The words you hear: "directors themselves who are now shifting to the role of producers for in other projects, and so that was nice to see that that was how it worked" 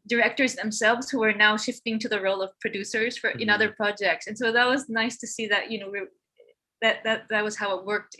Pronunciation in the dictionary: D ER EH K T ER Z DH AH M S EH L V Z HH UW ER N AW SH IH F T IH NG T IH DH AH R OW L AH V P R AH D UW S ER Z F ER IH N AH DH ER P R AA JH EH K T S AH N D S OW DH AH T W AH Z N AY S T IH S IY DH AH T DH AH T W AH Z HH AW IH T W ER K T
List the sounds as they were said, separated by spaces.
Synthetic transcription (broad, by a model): D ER EH K T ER Z DH AH M S EH L V Z HH UW ER N AW SH IH F T IH NG T IH DH AH R OW L AH V P R AH D UW S ER Z F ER IH N AH DH ER P R AA JH EH K T S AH N S OW DH AH T W AH Z N AY S T IH S IY DH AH T DH AH T W AH Z HH AW IH T W ER K T